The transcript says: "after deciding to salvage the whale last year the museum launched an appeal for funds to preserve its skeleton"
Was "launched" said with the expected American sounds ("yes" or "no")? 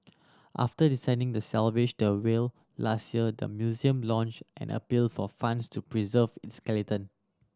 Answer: yes